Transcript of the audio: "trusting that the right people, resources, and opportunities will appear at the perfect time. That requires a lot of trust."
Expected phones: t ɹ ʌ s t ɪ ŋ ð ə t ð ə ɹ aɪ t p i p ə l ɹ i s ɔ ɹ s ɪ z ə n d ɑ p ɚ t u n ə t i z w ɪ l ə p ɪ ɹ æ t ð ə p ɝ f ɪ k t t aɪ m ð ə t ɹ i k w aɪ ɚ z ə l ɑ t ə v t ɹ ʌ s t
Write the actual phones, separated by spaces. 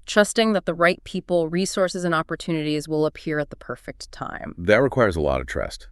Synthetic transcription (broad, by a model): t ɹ ʌ s t ɪ ŋ ð ə t ð ə ɹ aɪ t p i p l ɹ i s ɔ ɹ s ɪ z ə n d ɑ p ɚ t u n ə t i z w ɪ l ə p ɪ ɹ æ t ð ə p ɝ f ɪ k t t aɪ m ð ə t ɹ i k w aɪ ɚ z ə l ɑ t ə v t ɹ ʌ s t